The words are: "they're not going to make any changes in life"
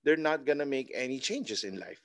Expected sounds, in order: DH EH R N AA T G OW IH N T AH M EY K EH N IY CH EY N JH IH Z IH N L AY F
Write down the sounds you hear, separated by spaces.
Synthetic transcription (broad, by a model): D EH R N AA T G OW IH N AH M EY K EH N IY CH EY N JH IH S IH N L AY F